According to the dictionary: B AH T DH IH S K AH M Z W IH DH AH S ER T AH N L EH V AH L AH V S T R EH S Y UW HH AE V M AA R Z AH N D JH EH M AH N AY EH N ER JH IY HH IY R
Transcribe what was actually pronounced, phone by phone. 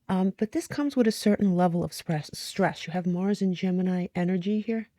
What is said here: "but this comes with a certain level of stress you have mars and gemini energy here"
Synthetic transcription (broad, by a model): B AH T DH IH S K AH M Z W IH DH AH S ER T N L EH V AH L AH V S T R EH S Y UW V M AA R Z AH N JH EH M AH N AY EH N ER JH IY HH IY R